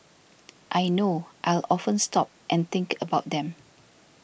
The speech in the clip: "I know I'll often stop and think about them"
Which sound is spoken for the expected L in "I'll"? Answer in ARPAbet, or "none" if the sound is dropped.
L